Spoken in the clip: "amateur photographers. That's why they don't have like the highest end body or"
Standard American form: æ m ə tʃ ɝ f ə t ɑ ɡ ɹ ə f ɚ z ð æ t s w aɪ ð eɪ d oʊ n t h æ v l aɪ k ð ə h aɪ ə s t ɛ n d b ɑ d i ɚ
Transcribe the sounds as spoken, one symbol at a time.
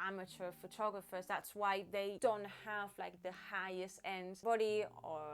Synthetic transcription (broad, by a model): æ m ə tʃ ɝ f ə t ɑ ɡ ɹ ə f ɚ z ð æ t s w aɪ ð eɪ d oʊ n t h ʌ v l aɪ k ð ə h aɪ ə s t ɛ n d b ɑ d i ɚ